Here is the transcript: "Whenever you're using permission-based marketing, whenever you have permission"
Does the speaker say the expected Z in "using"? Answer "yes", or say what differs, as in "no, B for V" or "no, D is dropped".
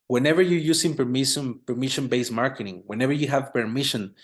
no, S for Z